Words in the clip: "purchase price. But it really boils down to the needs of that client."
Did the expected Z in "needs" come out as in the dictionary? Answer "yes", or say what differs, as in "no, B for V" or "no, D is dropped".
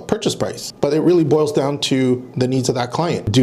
yes